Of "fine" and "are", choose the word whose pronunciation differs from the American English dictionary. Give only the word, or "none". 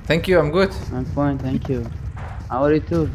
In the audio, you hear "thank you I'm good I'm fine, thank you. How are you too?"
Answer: fine